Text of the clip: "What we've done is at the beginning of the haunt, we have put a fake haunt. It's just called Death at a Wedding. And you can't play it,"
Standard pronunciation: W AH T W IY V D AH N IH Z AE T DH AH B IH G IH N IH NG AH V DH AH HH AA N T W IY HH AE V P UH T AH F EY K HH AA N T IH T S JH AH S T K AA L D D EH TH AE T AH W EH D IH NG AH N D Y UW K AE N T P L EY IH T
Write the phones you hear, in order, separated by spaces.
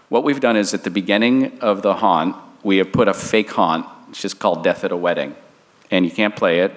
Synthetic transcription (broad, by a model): W AH T W IY V D AH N IH Z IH T DH AH B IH G IH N IH NG AH V DH AH HH AA N T W IY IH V P UH T AH F EY K HH AA N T T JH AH S K AA L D D EH TH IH T AH W EH D IH NG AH N Y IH K AE N P L EY IH T